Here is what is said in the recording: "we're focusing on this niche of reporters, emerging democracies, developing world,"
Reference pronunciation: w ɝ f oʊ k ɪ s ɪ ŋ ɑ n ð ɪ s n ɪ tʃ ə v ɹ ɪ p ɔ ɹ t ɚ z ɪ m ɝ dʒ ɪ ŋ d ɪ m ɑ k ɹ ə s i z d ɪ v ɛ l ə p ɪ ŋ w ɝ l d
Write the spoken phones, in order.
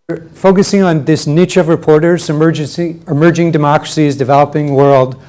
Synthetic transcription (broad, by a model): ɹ f oʊ k ɪ s ɪ ŋ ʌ n ð ɪ s n ɪ tʃ ə v ɹ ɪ p ɔ ɹ t ɚ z ɪ m ɝ dʒ ɪ ŋ d ɪ m ɑ k ɹ ə s i z d ɪ v ɛ l ə p ɪ ŋ w ɝ l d